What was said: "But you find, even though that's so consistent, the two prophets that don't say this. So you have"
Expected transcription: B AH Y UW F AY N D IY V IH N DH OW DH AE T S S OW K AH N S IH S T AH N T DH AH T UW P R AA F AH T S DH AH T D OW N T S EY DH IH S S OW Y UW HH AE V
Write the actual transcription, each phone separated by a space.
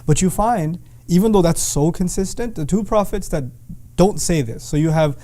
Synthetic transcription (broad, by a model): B AH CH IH F AY N D IY V IH N DH OW DH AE T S S OW K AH N S IH S T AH N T DH AH T UW P R AA F AH T S DH AH T D OW N T S EY DH IH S S OW Y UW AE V